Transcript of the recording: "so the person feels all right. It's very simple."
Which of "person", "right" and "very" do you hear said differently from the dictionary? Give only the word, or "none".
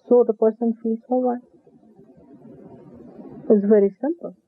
right